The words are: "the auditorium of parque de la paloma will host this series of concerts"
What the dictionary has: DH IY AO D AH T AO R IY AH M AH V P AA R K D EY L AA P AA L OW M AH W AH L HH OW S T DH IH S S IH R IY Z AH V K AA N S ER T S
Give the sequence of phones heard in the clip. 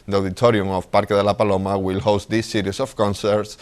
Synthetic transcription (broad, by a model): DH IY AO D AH T AO R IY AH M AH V P AA R K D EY L AA P AA L OW M AH W AH L HH OW S T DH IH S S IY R IY S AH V K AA N S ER T S